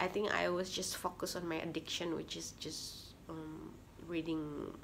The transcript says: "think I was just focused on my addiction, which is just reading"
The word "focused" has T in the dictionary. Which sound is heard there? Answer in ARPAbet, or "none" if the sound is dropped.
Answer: none